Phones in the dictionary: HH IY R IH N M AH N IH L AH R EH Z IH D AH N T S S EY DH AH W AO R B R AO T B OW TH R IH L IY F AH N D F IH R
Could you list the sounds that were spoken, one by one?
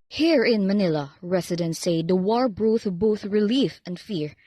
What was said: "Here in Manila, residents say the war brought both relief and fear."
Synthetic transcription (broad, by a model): HH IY R IH N M AH N IH L AH R EH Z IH D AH N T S S EY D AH W AO R B R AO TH B OW TH R IH L IY F AH N D F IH R